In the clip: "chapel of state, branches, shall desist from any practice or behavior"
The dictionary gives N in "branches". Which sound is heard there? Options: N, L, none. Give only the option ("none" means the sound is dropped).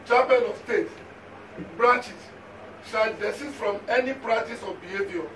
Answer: none